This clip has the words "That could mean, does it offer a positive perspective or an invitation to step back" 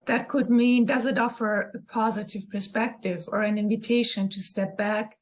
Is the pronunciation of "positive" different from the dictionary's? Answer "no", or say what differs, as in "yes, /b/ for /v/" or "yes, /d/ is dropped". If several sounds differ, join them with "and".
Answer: no